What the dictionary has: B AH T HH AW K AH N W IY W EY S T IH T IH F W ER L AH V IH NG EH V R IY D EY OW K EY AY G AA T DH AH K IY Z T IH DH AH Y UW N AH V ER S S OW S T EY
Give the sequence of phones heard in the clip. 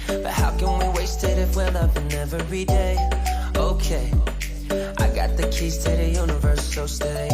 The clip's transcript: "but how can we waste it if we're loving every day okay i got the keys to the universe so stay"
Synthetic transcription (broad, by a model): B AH T HH AW K AH N W IY W EY S T IH T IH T W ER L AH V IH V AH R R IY D EY OW K EY AY G AA T DH AH K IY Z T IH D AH Y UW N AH V ER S S OW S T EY